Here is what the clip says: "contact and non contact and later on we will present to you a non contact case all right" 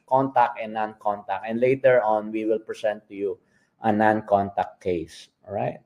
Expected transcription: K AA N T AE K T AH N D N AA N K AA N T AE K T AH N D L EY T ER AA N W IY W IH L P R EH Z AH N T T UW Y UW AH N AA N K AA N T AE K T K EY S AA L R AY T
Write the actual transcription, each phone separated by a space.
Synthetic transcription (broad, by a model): K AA N T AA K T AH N N AA N K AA N T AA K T AH N D L EY T ER AA N W IY W IH L P R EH S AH N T T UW Y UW AH N AA N K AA N T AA K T K EY S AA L R AY T